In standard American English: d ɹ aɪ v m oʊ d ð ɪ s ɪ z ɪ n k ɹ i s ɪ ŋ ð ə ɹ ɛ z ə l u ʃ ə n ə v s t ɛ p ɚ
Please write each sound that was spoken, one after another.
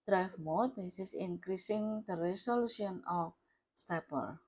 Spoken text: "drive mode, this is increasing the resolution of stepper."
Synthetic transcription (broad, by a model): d ɹ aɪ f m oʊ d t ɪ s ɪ s ɪ n k ɹ i s ɪ ŋ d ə ɹ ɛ s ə l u s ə n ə f s t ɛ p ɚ